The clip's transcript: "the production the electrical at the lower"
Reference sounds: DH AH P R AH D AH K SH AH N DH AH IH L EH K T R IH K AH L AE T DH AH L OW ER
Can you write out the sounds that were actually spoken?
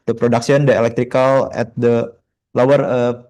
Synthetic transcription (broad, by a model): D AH P R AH D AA K S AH N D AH IH L EH K T R IH K AH L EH T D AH L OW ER